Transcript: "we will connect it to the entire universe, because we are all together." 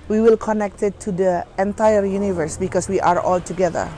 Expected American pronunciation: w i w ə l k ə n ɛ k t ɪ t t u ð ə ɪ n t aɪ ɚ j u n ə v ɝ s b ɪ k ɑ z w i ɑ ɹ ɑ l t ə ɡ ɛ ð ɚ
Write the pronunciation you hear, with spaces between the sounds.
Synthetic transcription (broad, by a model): w i w ə l k ə n ɛ k t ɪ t t u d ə ɪ n t aɪ ɚ j u n ə v ɝ s b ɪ k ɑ s w i ɑ ɹ ɑ l t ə ɡ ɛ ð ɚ